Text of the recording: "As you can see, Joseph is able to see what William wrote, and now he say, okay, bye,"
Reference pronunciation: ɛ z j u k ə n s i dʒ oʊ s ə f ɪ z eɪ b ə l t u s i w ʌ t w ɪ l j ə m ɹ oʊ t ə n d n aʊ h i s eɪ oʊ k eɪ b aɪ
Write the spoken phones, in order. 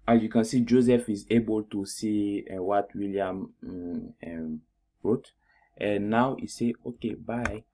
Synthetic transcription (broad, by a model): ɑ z j u k ə n s i dʒ oʊ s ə f ɪ z eɪ b ə l t u s i w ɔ t w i l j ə m ɹ oʊ t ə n n aʊ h i s eɪ oʊ k eɪ b aɪ